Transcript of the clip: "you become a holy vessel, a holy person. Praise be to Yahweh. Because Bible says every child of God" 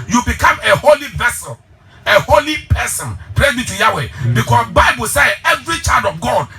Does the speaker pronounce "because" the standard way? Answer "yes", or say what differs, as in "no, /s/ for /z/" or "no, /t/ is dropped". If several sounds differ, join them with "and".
no, /s/ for /z/